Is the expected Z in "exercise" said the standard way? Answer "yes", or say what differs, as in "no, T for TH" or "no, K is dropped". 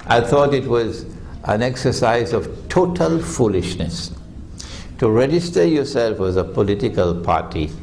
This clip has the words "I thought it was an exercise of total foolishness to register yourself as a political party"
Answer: yes